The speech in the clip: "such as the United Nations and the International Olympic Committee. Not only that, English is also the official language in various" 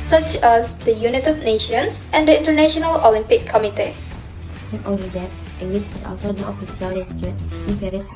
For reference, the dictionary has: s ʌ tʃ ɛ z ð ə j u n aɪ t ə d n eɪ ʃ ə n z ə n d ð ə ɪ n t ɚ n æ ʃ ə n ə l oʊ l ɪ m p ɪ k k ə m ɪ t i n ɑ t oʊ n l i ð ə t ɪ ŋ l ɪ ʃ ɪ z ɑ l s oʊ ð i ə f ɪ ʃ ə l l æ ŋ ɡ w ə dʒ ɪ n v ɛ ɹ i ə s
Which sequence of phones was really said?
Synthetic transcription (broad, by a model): s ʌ tʃ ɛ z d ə j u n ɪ t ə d n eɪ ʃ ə n s ə n d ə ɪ n t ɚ n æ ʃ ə n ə l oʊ l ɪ m p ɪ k k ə m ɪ t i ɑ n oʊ l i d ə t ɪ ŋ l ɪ s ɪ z ɑ l s oʊ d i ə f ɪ s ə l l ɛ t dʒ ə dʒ ɪ n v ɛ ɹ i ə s